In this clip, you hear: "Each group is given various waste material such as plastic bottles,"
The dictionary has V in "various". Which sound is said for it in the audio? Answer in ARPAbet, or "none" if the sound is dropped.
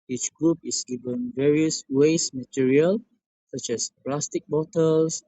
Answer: V